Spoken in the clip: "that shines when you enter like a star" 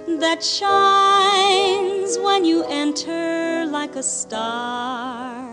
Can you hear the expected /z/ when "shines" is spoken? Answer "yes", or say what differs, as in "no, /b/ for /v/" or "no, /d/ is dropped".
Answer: yes